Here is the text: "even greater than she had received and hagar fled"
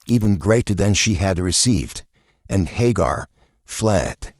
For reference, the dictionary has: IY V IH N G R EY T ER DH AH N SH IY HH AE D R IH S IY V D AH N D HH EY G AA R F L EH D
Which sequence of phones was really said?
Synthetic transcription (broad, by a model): IY V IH N G R EY T ER DH AH N SH IY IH D R IH S IY V D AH N HH EY G AA R F L EH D